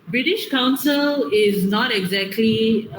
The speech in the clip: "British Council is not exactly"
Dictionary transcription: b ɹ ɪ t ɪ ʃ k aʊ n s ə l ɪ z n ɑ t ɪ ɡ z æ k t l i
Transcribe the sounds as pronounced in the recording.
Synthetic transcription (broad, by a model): b ɹ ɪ t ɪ ʃ k aʊ n s ə l ɪ z n ɑ t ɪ ɡ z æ k t l i